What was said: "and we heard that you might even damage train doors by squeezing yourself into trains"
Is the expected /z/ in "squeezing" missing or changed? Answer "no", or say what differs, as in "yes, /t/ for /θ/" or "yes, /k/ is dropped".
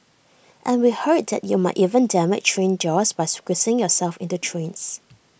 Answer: yes, /s/ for /z/